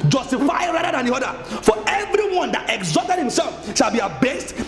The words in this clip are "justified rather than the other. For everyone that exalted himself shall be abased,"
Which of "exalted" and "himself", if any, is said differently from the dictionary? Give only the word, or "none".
exalted